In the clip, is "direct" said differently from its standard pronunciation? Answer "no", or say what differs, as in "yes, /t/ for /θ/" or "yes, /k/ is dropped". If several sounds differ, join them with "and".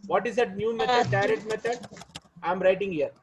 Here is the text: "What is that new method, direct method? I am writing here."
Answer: yes, /k/ is dropped